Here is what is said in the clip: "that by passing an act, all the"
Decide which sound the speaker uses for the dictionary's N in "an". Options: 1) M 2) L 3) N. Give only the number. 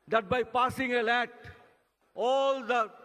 2